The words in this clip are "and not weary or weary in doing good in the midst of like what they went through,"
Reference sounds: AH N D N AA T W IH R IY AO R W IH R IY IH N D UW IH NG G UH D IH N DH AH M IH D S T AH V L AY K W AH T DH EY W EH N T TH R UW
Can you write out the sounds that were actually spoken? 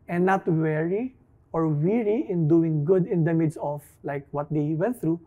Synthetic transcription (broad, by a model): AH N N AA T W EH R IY AO R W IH R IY IH N D UW IH NG G UH D IH N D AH M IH D S AH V L AY K W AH T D EY W EH N T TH R UW